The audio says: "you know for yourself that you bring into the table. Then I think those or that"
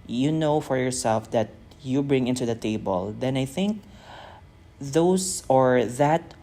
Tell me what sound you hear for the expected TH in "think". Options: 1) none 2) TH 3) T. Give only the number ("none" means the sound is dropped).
2